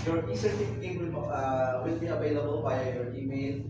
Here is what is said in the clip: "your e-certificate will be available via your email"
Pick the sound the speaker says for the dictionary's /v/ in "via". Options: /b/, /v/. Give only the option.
/b/